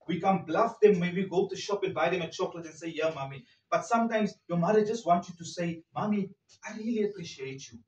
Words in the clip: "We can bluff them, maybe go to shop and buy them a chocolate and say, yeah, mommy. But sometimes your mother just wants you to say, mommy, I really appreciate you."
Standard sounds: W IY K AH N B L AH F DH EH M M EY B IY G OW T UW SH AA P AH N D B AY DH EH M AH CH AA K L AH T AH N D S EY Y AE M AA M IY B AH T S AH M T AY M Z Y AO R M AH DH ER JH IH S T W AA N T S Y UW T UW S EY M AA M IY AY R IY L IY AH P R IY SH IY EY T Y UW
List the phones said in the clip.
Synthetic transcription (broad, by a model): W IY K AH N B L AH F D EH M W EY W IY G OW T UW SH AA P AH N B AY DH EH M AH CH AA K L AH T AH N S EY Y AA M AA M IY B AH T S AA M T AY M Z Y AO M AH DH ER JH IH S T W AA N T Y UW T UW S EY M AA M IY AY R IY L IY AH P R IY SH IY EY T Y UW